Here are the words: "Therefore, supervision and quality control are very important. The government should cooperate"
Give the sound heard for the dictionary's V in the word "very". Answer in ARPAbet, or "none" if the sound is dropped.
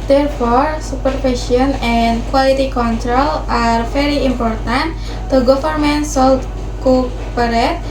F